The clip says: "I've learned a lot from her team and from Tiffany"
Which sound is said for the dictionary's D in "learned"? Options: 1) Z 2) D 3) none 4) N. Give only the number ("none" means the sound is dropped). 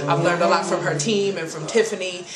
2